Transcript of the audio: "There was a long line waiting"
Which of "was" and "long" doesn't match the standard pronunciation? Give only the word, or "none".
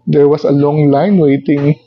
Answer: was